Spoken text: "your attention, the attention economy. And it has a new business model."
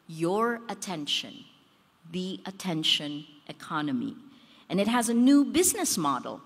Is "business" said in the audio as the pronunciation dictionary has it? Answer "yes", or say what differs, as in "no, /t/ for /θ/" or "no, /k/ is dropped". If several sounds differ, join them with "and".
yes